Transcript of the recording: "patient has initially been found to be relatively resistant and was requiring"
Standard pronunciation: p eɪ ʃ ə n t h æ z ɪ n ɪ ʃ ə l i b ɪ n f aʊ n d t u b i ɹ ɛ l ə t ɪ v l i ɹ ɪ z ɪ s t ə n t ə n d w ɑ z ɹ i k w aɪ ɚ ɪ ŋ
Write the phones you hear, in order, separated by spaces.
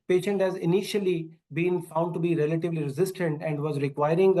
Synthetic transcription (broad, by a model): p eɪ ʃ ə n t h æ z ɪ n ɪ ʃ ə l i b ɪ n f aʊ n d t u b i ɹ ɛ l ə t ɪ v l i ɹ ɪ z ɪ s t ə n t ə n d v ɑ z ɹ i k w aɪ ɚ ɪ ŋ